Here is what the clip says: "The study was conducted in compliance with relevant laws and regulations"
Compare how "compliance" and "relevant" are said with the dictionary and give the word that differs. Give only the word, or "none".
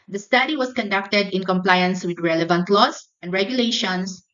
none